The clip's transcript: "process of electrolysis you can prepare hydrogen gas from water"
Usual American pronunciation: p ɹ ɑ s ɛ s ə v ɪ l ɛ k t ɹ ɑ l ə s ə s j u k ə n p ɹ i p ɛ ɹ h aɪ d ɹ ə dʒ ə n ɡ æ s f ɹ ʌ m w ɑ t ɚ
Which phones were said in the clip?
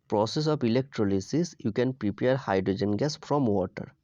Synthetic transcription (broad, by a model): p ɹ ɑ s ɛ s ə p ɪ l ɛ k t ɹ ɑ l ə s ə s j u k ə n p ɹ i p ɛ ɹ h aɪ d ɹ ə dʒ ə n ɡ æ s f ɹ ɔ m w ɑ t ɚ